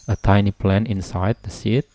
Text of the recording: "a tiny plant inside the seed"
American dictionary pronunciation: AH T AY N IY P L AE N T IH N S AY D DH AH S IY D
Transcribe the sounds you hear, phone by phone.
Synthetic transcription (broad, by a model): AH T AY N IY P L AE N IH N S AY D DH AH S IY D